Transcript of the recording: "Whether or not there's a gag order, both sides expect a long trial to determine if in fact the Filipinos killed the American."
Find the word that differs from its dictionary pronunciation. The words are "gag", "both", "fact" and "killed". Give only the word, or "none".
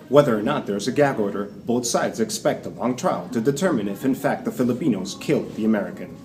none